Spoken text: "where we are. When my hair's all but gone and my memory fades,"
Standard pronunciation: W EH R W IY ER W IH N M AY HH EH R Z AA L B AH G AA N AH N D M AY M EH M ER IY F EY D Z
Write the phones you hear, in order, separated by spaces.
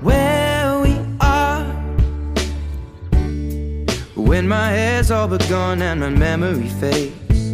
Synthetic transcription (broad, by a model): W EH W IY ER W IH N M AY HH EH Z AA L B AH G AA N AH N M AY M EH M ER IY F EY